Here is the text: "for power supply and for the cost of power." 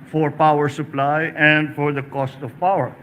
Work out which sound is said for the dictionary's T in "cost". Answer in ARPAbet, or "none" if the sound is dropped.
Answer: T